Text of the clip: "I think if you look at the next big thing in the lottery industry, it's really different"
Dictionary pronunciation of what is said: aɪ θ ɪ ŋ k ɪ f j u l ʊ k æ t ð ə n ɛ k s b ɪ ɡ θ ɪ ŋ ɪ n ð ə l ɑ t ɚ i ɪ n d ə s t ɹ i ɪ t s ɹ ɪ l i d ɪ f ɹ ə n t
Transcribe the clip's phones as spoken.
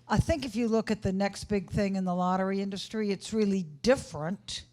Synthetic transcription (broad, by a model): aɪ θ ɪ ŋ k ɪ f j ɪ l ʊ k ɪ t ð ə n ɛ k s b ɪ ɡ θ ɪ ŋ ɪ n ð ə l ɑ t ɚ i ɪ n d ə s t ɹ i ɪ t s ɹ ɪ l i d ɪ f ɹ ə n t